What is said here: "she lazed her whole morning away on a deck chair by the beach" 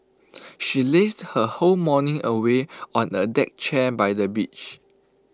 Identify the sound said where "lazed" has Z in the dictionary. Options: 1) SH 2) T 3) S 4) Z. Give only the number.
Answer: 3